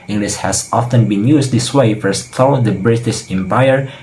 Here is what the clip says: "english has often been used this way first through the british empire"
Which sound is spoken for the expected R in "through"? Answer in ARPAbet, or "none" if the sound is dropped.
none